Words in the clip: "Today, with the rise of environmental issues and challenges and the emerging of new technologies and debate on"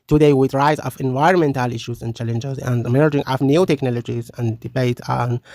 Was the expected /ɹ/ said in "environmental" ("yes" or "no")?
yes